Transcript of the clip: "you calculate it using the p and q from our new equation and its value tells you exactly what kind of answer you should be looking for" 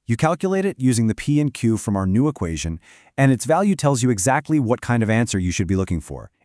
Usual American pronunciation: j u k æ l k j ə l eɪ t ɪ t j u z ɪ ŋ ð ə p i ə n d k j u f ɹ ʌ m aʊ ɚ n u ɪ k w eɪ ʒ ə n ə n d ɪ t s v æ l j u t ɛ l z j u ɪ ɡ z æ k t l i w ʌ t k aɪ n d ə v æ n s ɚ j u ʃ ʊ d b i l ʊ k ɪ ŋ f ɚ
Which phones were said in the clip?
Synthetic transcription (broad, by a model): j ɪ k æ l k j ə l eɪ t ɪ t j u z ɪ ŋ ð ə p i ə n k j u f ɹ ʌ m aʊ ɚ n u ɪ k w eɪ ʒ ə n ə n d ɪ t s v æ l j u t ɛ l z j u ɪ ɡ z æ k t l i w ʌ t k aɪ n d ə v æ n s ɚ j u ʃ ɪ d b i l ʊ k ɪ ŋ f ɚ